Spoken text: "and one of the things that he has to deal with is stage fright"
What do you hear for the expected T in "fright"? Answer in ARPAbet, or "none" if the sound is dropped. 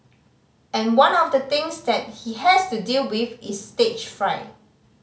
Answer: none